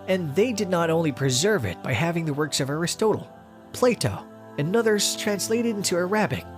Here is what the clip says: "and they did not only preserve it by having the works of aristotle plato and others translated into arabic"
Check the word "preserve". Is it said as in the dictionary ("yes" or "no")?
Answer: yes